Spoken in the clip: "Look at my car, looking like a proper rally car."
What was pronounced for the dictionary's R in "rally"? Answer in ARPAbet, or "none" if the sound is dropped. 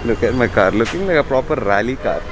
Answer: R